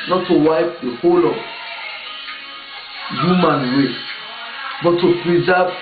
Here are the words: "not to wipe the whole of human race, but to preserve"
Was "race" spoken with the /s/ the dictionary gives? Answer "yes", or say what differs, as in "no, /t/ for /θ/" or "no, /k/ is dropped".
no, /s/ is dropped